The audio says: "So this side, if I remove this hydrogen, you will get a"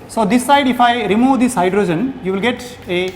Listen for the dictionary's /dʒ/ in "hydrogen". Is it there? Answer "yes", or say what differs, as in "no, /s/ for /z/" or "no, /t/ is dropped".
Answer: yes